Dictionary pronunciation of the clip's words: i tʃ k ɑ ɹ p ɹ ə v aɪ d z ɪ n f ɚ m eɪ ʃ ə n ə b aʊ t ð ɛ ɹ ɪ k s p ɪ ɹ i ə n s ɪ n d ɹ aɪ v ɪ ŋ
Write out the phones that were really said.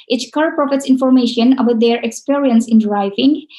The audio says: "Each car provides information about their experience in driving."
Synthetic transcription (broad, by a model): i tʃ k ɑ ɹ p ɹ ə f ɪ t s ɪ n f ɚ m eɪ ʃ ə n ə b aʊ t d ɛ ɹ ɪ k s p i ɹ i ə n s ɪ n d ɹ aɪ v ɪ ŋ